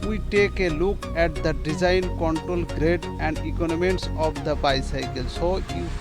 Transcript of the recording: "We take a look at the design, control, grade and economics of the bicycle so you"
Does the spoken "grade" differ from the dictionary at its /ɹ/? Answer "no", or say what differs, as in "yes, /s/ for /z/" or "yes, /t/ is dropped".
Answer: no